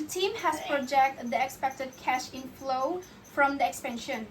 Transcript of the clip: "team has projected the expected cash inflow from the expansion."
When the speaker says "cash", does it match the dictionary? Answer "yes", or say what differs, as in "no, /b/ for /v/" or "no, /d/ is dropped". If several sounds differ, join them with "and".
yes